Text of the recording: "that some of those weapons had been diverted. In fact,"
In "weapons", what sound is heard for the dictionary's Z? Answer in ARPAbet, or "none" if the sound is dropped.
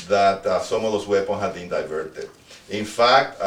none